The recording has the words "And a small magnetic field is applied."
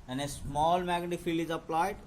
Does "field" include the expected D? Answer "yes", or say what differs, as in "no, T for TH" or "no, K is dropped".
no, D is dropped